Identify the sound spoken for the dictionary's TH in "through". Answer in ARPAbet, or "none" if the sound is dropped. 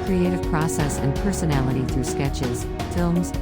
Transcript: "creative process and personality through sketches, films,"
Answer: TH